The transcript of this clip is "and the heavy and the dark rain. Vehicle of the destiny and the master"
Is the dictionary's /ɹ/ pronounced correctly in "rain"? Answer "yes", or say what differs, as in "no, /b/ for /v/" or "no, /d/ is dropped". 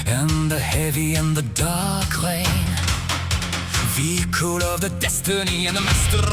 no, /l/ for /ɹ/